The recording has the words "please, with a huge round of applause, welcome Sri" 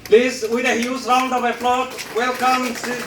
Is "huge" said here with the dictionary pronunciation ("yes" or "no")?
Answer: no